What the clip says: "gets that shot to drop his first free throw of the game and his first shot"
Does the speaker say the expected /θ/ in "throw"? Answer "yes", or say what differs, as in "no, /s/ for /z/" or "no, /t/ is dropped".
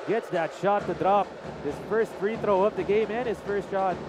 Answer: yes